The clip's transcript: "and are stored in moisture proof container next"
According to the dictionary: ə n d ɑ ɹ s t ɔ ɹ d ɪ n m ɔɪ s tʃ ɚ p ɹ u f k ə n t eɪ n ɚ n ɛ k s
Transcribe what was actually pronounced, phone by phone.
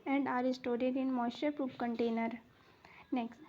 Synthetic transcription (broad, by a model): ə n d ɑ ɹ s t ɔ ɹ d ɪ n m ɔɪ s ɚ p ɹ u p k ə n t eɪ n ɚ n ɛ k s